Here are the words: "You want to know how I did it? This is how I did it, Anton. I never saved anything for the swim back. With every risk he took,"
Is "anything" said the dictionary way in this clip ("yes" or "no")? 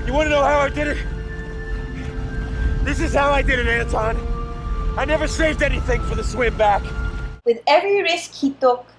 yes